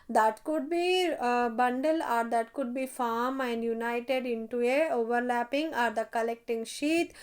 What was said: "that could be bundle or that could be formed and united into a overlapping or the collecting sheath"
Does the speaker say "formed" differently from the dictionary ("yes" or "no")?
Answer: yes